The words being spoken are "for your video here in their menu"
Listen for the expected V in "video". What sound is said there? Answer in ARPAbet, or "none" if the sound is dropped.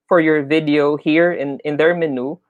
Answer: V